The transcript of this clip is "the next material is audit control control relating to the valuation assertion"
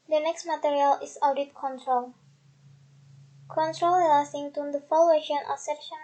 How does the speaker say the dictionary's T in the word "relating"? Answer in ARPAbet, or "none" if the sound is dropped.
S